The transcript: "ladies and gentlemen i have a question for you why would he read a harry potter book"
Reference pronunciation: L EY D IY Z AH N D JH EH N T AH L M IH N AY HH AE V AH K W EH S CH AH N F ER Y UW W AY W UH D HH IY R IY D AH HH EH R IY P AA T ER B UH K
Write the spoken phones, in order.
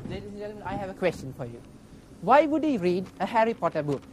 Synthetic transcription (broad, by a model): L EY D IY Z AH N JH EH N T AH M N AY HH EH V AH K W EH S CH AH N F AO Y UW W AY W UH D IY R IY D AH HH EH R IY P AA T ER B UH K